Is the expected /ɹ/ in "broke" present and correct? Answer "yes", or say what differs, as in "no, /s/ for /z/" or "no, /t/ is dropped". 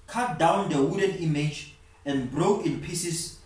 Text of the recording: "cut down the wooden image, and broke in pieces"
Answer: yes